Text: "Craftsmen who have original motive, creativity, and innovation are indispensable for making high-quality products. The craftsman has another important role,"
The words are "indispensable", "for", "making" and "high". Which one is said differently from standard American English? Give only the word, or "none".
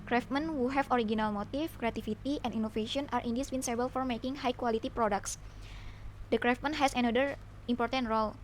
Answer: indispensable